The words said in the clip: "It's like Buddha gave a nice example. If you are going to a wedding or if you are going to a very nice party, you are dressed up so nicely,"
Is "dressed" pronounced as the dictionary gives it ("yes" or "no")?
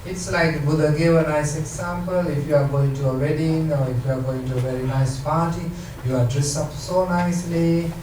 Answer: no